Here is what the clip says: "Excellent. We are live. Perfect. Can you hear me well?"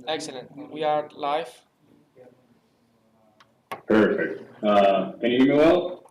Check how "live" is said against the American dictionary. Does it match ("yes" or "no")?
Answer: no